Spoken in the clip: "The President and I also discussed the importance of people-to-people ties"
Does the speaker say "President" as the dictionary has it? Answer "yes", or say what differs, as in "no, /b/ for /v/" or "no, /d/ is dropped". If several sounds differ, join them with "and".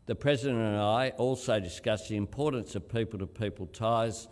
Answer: yes